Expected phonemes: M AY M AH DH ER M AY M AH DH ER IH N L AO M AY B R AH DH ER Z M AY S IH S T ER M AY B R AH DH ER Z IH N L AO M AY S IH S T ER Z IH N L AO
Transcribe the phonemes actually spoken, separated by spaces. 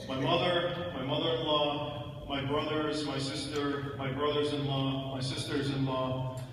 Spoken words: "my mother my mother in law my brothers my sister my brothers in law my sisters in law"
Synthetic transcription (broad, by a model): M AY M AH DH ER M AY M AH DH ER IH N L AO M AY B R AH DH ER Z M AY S IH S T ER M AY B R AH DH ER Z IH N L AO M AY S IH S T ER Z IH N L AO